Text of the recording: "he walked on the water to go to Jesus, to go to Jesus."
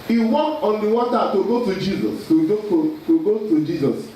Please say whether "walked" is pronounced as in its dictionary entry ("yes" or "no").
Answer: no